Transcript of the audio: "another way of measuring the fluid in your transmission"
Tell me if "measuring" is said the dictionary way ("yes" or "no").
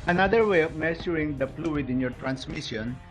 no